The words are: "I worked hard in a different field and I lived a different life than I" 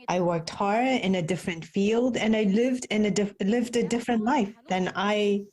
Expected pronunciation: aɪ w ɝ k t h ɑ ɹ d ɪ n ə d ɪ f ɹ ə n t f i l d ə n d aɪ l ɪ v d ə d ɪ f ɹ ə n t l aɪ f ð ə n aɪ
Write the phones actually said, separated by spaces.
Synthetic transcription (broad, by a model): aɪ w ɝ k t h ɑ ɹ d ɪ n ə d ɪ f ɹ ə n t f i l d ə n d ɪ l ɪ v d ə d ɪ f ɹ ə n t l aɪ f ð ə n aɪ